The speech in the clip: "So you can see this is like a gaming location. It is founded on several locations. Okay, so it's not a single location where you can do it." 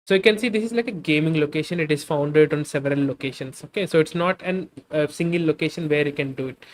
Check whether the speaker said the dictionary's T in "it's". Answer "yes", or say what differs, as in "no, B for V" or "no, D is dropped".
yes